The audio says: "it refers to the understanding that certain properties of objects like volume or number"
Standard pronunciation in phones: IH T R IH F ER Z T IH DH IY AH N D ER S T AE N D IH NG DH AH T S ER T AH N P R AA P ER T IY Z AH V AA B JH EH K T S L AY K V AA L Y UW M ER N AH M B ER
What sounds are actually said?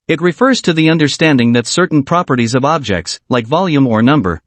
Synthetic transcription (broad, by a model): IH T R IH F ER Z T IH DH IY AH N D ER S T AE N D IH NG DH AH T S ER T N P R AA P ER T IY Z AH V AA B JH EH K T S L AY K V AA L Y UW M ER N AH M B ER